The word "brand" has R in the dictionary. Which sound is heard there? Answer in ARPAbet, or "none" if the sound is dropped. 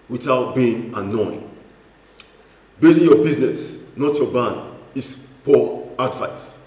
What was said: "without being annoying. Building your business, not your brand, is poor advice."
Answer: none